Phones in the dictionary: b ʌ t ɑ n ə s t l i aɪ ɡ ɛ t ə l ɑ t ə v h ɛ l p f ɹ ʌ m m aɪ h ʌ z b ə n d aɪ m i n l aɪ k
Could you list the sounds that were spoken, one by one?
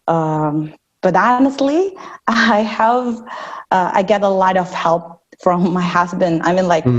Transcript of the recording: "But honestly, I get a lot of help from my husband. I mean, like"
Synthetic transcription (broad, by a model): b ʌ t ɑ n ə s t l i aɪ ɡ ɛ t ə l ɑ t ə v h ɛ l p f ɹ ʌ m m aɪ h ʌ z b ə n d aɪ m i n l aɪ k